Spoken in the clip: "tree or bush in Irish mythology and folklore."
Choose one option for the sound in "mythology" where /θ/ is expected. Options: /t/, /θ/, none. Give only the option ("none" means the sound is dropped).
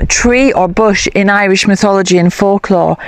/θ/